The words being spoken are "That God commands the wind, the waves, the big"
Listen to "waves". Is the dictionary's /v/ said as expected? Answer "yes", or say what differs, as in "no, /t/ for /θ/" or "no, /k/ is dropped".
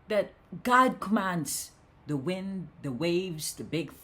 yes